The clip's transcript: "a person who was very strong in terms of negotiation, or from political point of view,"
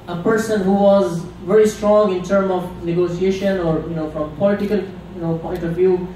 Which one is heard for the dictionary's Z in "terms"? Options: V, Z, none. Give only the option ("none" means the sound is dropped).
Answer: none